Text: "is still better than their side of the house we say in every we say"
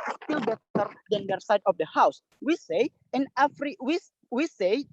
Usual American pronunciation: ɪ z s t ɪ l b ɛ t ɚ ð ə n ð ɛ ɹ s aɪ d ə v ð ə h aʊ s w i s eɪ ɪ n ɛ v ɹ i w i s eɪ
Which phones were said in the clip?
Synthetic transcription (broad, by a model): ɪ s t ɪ l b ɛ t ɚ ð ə n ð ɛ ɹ s aɪ d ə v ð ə h aʊ s w i s eɪ ɪ n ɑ f ɹ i w i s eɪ